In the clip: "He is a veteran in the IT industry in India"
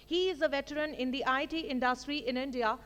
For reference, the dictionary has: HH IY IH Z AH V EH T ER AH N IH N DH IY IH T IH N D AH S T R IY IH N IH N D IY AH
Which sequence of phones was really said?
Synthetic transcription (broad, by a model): HH IY IH Z AH V EH T ER AH N IH N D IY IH T IH N D AH S T R IY IH N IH N D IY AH